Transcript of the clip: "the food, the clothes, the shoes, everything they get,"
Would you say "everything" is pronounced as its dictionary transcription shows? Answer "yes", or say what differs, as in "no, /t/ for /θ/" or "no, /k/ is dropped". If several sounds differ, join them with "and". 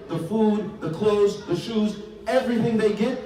yes